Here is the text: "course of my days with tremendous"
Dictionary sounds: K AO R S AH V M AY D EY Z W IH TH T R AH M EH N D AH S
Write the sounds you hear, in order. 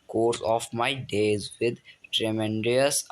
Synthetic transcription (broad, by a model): K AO R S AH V M AY D EY Z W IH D T R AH M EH N D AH S